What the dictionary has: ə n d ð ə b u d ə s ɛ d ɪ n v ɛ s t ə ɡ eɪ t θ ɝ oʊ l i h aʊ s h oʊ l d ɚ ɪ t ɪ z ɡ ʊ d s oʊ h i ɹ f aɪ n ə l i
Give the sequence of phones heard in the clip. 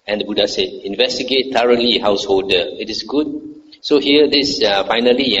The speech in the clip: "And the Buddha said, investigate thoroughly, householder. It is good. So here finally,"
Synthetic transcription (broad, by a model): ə n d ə b u d ə s ɛ d ɪ n v ɛ s t ə ɡ eɪ t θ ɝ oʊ l i h aʊ s h oʊ l d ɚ ɪ t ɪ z ɡ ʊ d s oʊ h i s f aɪ n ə l i